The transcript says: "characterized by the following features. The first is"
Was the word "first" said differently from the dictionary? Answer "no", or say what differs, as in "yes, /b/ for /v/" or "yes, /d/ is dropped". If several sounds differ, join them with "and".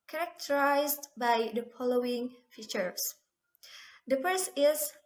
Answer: yes, /t/ is dropped